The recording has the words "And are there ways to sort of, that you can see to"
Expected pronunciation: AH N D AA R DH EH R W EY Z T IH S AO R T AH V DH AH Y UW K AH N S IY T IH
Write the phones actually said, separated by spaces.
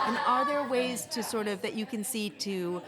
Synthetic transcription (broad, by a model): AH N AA L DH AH R W EY Z T IH S AO R T AH V DH AH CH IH K AH N S IY T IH